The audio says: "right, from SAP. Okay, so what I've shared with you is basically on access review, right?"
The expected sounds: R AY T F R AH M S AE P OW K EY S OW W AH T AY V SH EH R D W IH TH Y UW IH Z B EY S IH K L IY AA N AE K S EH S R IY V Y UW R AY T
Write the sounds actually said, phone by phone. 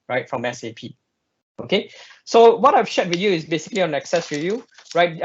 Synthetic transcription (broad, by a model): R AY T F R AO M S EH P OW K EY S OW W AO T AY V SH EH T W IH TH Y UW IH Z B EY S IH K L IY AA N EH K S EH S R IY Y UW R AY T